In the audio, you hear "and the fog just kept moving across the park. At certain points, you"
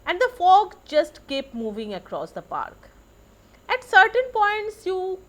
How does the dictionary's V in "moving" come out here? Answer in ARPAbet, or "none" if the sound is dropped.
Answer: V